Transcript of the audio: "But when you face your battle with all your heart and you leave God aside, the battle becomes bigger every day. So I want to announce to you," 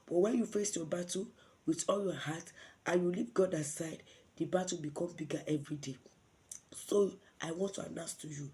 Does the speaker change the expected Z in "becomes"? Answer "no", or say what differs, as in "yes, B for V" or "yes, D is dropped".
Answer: yes, Z is dropped